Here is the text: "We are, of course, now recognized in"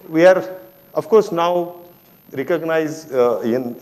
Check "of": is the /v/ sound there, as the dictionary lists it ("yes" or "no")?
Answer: no